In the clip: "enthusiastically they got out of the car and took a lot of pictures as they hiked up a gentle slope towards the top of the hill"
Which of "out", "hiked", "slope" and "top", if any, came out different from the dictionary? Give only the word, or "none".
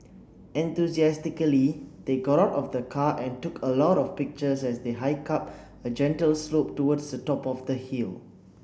hiked